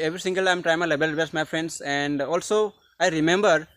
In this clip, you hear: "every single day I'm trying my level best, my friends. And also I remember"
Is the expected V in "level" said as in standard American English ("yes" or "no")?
no